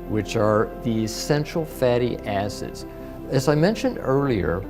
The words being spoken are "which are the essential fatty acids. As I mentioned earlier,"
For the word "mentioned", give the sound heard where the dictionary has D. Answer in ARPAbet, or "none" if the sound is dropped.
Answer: D